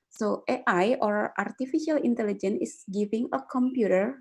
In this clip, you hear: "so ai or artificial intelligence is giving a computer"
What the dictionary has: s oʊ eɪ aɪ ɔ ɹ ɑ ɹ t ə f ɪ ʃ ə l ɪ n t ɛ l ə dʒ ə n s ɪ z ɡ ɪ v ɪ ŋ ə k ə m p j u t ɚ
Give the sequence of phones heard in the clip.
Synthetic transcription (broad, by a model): s oʊ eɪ aɪ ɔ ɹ ɑ ɹ t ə f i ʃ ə l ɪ n t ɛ l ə dʒ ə n ɪ s ɡ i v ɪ ŋ ə k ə m p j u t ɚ